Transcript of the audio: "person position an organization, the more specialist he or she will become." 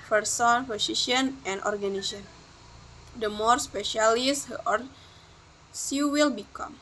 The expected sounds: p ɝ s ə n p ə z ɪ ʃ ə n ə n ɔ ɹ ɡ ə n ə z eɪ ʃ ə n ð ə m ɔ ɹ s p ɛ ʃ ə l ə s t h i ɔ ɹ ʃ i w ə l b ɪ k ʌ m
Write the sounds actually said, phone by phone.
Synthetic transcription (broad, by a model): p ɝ s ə n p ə s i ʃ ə n ə n ɔ ɹ ɡ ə n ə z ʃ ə n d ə m ɔ ɹ s p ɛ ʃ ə l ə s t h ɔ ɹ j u w ə l b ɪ k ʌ m